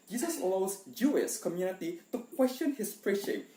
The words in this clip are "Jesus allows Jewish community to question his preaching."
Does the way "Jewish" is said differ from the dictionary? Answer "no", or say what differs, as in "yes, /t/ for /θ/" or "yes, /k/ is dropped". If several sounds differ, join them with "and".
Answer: yes, /s/ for /ʃ/